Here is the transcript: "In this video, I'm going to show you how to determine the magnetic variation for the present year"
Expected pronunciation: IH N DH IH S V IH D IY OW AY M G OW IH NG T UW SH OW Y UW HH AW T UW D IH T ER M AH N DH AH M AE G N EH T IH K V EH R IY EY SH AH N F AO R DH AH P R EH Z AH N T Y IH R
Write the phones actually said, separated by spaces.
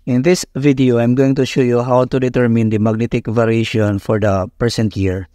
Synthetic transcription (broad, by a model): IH N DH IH S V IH D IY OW AY M G OW IH NG T UW SH OW Y UW HH AW T UW D IH T ER M AH N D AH M AE G N EH T IH K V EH R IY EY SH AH N F AO R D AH P EH S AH N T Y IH R